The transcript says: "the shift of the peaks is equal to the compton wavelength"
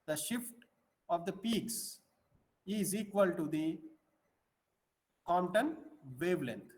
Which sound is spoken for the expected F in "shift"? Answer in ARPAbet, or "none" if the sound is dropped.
F